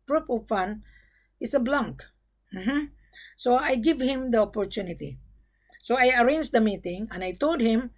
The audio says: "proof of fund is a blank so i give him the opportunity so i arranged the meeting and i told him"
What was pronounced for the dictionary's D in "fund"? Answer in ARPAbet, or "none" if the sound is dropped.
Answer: none